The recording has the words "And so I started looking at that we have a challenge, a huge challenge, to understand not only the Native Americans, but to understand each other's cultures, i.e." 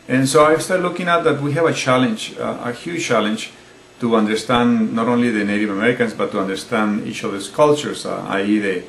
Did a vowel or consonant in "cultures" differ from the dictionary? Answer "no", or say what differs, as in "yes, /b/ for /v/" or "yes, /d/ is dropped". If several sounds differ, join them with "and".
yes, /s/ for /z/